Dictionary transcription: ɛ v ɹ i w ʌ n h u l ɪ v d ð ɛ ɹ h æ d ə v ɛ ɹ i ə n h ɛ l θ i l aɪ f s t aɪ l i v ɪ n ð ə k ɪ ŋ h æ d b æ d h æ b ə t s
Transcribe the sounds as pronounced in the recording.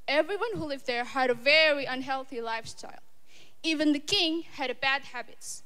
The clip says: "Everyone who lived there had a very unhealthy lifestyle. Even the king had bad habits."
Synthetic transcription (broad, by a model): ɛ v ɹ i w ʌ n h u l ɪ v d ð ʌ ɹ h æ d ə v ɛ ɹ i ə n h ɛ l θ i l aɪ f s t aɪ l i v ɪ n ð ə k ɪ ŋ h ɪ d b æ d h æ b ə t s